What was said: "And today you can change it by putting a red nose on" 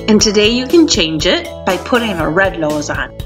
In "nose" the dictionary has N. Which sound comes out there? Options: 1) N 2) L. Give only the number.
2